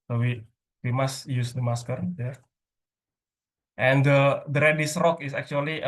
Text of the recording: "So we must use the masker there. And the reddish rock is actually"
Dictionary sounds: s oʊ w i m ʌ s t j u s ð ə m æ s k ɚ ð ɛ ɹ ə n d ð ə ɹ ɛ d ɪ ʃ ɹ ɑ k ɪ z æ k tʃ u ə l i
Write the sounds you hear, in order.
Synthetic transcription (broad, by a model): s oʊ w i m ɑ s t j u s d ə m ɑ s k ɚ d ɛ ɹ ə n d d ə ɹ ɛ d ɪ s ɹ ɑ k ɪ s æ k tʃ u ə l i